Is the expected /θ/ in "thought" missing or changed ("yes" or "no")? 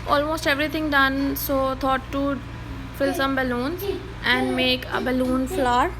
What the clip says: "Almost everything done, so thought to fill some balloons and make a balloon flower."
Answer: yes